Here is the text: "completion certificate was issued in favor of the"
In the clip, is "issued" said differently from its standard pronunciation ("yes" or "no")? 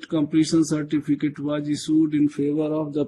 yes